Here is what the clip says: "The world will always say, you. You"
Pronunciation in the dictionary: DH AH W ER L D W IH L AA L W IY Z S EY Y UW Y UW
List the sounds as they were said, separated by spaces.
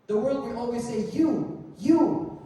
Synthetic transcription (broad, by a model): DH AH W ER L D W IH N AA L W IY Z S EY Y UW Y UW